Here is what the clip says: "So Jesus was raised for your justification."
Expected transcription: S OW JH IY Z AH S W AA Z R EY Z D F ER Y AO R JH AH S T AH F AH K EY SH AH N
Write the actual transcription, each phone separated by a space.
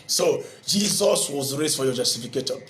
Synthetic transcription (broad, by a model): S OW JH IY Z AH S W AA Z R EY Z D F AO Y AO JH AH S T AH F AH K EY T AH